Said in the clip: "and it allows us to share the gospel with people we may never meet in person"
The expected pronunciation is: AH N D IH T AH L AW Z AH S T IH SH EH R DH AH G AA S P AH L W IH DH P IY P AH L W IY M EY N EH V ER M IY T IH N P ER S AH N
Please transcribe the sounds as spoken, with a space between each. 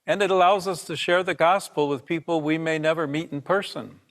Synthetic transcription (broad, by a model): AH N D IH T AH L AW Z AH S T IH SH EH R DH AH G AA S P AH L W IH DH P IY P L W IY M EY N EH V ER M IY T N P ER S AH N